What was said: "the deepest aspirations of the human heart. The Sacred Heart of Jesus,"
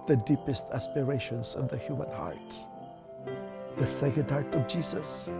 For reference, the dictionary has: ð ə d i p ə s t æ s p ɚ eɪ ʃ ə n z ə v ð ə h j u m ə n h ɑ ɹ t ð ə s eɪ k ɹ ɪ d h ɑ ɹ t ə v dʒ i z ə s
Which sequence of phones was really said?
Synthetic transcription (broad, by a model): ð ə d i p ə s t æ s p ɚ eɪ ʃ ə n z ə v ð ə h j u m ə n h ɑ ɹ t ð ə s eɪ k ɪ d h ɑ ɹ t ə v dʒ i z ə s